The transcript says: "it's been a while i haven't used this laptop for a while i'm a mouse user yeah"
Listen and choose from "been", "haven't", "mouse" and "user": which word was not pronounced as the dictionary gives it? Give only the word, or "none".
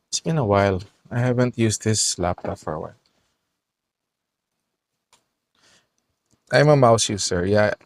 user